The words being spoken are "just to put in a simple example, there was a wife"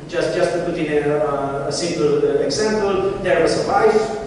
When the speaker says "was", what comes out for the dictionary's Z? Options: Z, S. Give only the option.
S